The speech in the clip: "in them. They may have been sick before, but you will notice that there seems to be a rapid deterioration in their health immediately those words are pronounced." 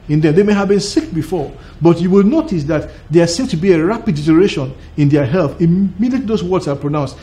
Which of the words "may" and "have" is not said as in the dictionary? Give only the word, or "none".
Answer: none